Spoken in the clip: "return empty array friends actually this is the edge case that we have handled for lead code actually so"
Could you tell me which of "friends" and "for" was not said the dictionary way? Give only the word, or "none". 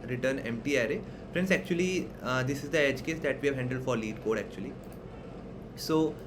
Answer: friends